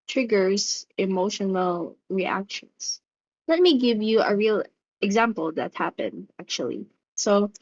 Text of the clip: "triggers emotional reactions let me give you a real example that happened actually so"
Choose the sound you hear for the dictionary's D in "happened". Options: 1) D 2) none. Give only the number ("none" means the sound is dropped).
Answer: 1